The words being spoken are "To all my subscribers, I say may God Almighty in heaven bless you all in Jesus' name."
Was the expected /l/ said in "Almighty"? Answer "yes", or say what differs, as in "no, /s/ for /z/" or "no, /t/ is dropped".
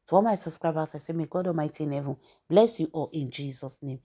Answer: no, /l/ is dropped